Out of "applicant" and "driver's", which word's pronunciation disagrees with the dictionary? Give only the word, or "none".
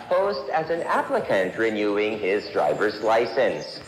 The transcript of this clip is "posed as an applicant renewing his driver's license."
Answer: none